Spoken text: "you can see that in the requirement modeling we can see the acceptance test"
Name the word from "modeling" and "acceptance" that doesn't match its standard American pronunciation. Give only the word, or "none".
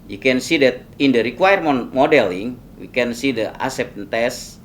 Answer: acceptance